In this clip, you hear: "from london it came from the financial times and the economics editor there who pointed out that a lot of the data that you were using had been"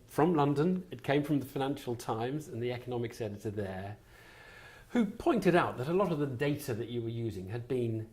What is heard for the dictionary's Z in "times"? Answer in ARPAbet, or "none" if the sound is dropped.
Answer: Z